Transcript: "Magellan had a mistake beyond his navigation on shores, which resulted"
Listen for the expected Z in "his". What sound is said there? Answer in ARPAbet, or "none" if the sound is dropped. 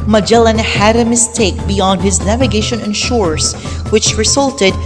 Z